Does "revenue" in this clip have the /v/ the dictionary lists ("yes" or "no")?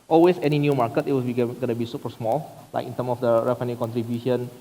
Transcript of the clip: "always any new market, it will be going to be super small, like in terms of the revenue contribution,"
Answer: no